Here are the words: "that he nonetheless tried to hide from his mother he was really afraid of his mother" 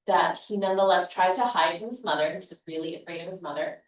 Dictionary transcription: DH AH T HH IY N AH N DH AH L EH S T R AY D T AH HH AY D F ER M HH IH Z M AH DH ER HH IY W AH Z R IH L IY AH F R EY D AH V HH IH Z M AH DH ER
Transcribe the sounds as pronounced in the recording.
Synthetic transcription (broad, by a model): DH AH T HH IY N AH N DH AH L EH S T R AY D T AH HH AY D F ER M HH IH Z M AH DH ER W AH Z R IH L IY AH F R EY D AH V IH Z M AH DH ER